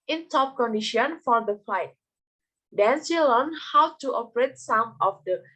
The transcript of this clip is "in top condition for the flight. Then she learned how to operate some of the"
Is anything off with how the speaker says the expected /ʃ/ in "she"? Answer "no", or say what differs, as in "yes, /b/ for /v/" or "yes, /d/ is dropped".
yes, /s/ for /ʃ/